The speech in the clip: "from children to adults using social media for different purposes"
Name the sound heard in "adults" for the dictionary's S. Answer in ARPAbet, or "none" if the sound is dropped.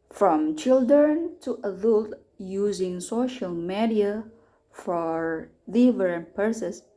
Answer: none